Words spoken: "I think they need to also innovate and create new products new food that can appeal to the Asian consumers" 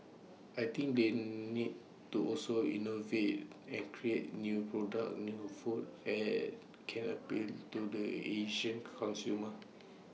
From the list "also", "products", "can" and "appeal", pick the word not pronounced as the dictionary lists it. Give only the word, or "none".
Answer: products